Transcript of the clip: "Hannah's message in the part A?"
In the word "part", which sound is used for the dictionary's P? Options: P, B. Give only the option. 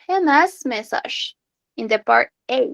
P